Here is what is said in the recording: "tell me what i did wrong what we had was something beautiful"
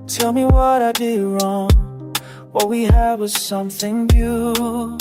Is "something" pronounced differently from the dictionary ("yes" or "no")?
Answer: no